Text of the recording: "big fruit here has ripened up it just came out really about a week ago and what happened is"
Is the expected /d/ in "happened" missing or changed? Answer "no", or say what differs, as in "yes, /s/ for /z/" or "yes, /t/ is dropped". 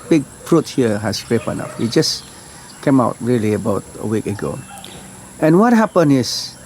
yes, /d/ is dropped